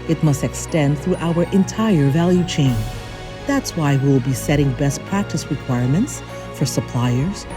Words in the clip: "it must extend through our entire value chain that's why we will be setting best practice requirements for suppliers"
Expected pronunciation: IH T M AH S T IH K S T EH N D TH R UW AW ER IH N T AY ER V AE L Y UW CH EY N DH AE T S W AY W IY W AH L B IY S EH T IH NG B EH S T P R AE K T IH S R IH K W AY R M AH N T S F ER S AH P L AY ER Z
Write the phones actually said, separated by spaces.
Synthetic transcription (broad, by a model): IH T M AH S T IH K S T EH N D TH R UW AW ER IH N T AY ER V AE L Y UW CH EY N DH AE T S W AY W IY W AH L B IY S EH T IH NG B EH S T P R AE K T IH S R IH K W AY R M AH N T S F ER S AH P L AY ER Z